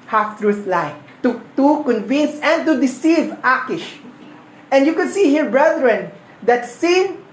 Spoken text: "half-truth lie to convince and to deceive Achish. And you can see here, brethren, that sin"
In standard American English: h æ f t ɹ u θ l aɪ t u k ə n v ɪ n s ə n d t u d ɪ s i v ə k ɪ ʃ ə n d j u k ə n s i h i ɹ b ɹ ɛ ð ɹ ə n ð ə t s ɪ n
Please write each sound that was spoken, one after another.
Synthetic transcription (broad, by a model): h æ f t ɹ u s l aɪ t u k ə n v ɪ n s ə n d t u d ɪ s i v ə k ɪ ʃ ə n d j u k ə n s i h i ɹ b ɹ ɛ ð ɹ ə n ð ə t s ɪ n